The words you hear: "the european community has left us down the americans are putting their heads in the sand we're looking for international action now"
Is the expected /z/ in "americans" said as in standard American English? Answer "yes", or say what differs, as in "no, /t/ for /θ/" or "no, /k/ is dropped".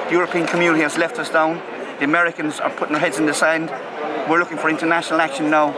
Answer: yes